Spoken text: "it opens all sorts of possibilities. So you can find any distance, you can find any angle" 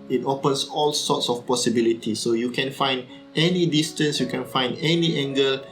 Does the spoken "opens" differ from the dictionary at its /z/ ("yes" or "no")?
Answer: yes